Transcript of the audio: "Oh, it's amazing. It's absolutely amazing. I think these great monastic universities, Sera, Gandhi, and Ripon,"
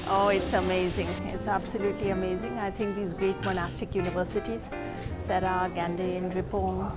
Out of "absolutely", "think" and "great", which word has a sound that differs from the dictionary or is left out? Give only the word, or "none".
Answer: think